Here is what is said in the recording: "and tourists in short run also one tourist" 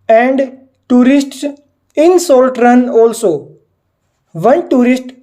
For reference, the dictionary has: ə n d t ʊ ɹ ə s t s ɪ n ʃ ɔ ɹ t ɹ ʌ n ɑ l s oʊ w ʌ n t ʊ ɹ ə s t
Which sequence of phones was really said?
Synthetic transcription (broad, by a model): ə n d t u ɹ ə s t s ɪ n s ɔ l t ɹ ʌ n ɑ l s oʊ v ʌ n t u ɹ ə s t